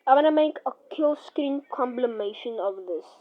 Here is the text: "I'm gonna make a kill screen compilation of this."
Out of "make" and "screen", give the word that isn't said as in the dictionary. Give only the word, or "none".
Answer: none